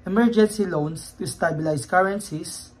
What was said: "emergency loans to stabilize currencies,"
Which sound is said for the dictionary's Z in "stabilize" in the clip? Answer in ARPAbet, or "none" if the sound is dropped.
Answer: S